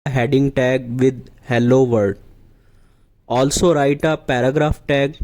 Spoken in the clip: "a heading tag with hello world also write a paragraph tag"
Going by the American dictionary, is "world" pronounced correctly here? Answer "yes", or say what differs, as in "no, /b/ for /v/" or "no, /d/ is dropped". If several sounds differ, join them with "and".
no, /l/ is dropped